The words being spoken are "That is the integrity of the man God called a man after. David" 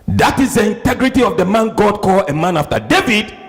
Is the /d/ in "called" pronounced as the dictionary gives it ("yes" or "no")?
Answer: no